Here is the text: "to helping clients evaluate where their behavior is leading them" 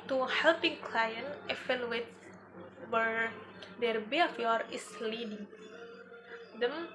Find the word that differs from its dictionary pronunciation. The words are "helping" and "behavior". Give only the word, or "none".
behavior